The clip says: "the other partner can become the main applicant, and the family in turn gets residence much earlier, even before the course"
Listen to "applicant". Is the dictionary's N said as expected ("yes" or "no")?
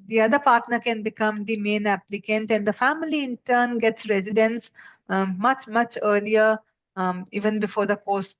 yes